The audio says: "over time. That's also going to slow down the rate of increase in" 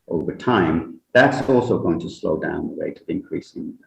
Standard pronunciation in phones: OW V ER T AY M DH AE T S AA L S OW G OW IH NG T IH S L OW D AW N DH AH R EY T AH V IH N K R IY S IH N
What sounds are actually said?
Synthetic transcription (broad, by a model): OW V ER T AY M DH AE T S AA L S OW G OW IH NG T IH S L OW D AW N DH AH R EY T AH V IH N K R IY S IH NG